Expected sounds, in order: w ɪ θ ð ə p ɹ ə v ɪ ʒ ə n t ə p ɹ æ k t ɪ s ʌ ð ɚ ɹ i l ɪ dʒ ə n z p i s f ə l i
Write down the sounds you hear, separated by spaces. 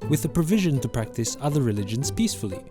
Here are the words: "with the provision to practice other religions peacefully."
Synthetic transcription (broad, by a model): w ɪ ð ə p ɹ ə v ɪ ʒ ə n t ə p ɹ æ k t ɪ s ʌ ð ɚ ɹ i l ɪ dʒ ə n z p i s f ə l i